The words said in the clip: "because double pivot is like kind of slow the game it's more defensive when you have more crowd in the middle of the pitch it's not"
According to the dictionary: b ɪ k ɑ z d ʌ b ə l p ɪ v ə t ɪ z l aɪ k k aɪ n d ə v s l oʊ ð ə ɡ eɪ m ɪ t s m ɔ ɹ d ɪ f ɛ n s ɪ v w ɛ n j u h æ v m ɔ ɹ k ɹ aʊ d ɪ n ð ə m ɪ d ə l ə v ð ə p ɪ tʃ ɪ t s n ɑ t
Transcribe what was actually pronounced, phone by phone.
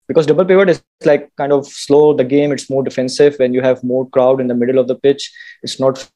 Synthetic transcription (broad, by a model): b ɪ k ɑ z d ʌ b ə l p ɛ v ə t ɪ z l aɪ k k aɪ n d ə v s l oʊ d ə ɡ eɪ m ɪ t s m ɔ ɹ d ɪ f ɛ n s ɪ v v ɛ n j u h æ v m ɔ ɹ k ɹ aʊ d ɪ n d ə m ɪ d ə l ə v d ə p ɪ tʃ ɪ t s n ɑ t